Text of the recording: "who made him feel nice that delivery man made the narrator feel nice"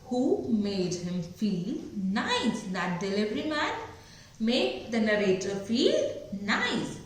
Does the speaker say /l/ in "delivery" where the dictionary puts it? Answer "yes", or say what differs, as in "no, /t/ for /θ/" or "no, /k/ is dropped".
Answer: yes